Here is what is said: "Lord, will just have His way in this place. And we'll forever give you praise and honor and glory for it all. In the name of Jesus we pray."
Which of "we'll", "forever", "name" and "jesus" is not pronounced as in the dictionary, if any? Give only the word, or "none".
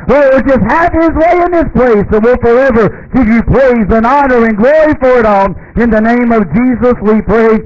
none